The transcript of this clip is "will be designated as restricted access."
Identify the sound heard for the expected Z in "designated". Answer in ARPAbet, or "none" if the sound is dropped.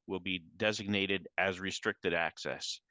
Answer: Z